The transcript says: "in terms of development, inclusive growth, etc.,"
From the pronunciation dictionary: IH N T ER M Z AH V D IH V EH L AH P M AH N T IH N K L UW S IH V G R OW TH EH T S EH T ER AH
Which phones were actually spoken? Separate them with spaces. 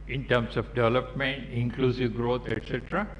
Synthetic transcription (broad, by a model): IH N T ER M S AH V D IH V EH L AH P M AH N T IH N K L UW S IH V G R OW T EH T S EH T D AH